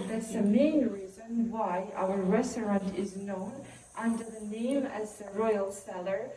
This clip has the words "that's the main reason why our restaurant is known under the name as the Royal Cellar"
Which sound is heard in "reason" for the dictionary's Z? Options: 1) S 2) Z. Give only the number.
2